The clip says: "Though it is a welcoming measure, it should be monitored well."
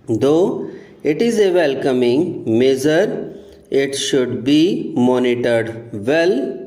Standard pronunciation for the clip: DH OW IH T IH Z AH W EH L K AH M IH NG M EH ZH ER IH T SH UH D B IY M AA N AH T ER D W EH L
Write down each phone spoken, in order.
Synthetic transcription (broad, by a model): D OW IH T IH Z AH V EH L K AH M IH NG M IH Z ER IH T SH UH D B IY M AA N AH T ER D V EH L